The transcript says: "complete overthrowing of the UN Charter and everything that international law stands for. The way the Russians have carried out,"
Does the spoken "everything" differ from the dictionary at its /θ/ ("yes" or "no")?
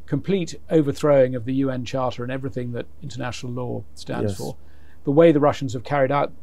no